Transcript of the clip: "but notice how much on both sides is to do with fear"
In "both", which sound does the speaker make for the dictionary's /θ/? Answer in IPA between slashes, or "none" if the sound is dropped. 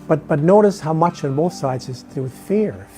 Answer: /θ/